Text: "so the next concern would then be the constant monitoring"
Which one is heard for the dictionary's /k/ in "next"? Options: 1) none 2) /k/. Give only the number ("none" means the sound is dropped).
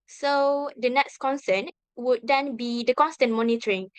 2